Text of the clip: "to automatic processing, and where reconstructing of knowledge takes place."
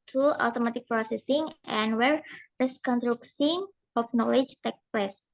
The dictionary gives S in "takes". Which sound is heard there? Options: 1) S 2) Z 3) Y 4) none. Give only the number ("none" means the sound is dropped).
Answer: 4